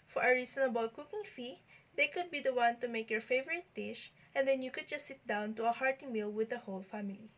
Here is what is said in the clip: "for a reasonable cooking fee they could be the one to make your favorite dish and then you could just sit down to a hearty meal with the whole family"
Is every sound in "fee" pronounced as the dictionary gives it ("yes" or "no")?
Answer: yes